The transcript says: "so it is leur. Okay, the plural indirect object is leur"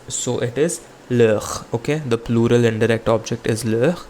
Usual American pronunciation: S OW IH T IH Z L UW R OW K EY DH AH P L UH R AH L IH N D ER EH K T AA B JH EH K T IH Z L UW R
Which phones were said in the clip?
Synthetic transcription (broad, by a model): S OW IH T IH Z L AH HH OW K EY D AH P L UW R AH L IH N D ER EH K T AA B JH EH K T IH Z L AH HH